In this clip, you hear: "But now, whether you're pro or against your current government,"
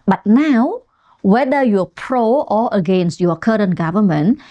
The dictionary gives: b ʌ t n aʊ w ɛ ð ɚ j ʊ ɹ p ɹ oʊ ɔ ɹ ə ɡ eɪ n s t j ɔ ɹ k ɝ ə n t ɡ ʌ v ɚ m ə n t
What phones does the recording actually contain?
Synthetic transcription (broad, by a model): b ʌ t n aʊ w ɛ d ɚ j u p ɹ oʊ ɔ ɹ ə ɡ eɪ n s t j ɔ k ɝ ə n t ɡ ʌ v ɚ m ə n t